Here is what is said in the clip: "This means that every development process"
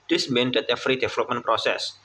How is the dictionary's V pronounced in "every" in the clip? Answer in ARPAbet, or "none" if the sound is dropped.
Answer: F